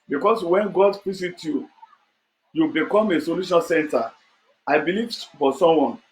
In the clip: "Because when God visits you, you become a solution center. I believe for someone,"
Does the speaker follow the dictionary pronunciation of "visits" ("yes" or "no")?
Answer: no